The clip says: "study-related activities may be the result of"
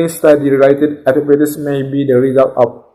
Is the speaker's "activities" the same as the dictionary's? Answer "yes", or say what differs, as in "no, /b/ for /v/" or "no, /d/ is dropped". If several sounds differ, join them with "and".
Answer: no, /k/ is dropped and /p/ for /v/ and /s/ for /z/